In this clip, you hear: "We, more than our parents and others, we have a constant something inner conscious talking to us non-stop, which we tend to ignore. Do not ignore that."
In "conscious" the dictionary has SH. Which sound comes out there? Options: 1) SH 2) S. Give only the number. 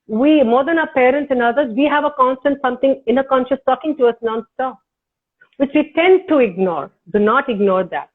1